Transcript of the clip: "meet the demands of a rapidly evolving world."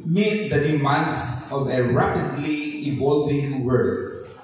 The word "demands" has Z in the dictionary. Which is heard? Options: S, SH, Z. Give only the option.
S